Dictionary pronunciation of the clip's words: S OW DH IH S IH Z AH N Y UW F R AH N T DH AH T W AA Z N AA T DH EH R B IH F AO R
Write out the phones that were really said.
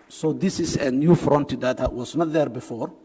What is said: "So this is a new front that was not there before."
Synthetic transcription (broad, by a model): S OW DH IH S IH S AH N Y UW F R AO N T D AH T W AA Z N AA T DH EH R B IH F AO R